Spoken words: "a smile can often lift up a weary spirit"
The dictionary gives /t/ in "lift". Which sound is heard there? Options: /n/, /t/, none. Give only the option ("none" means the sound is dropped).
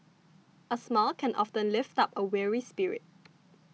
/t/